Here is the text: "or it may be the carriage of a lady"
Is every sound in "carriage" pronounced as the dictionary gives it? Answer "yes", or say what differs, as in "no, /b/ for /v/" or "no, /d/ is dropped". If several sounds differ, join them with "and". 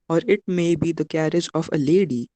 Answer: yes